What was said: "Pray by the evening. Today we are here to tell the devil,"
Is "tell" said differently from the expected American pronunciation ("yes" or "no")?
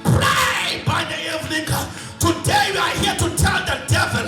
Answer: yes